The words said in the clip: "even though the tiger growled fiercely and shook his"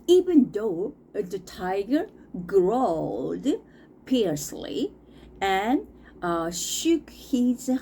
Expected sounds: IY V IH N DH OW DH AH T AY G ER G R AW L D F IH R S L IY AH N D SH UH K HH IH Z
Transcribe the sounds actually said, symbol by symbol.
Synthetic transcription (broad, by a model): IY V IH N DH OW DH AH T AY G ER G R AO L D P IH R S L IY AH N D SH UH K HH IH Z